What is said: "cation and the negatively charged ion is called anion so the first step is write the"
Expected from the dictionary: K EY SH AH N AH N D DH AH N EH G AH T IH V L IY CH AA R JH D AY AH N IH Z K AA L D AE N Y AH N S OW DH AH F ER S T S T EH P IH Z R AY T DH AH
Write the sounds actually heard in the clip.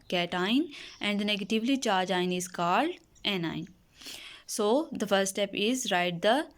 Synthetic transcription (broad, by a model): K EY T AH N AH N D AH N EH G AH T IH V L IY CH AA R JH AY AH N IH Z K AA L D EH N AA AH N S OW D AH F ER T S T EH P IH Z R AY T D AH